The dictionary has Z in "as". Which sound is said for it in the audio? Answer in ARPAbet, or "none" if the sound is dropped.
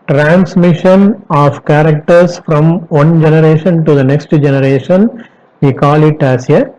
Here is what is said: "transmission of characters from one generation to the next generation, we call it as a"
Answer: S